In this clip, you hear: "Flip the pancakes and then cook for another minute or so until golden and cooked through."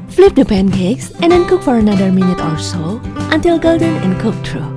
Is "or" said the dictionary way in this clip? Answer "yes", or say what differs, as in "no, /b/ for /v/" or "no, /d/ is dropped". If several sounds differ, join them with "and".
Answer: no, /l/ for /ɹ/